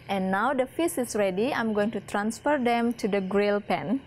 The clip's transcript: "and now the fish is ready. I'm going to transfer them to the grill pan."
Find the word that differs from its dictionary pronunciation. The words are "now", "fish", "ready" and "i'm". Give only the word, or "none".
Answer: fish